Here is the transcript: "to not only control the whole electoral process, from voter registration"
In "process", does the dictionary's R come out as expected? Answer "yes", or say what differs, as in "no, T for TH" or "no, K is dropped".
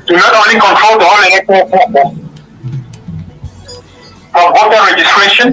no, R is dropped